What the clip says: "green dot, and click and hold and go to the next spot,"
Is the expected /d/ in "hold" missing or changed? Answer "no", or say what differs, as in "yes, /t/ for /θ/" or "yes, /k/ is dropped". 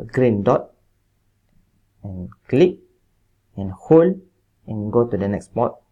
yes, /d/ is dropped